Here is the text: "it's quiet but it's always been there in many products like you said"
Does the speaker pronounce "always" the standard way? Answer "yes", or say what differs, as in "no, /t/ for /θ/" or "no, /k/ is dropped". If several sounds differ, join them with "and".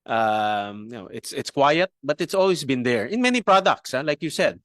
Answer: no, /s/ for /z/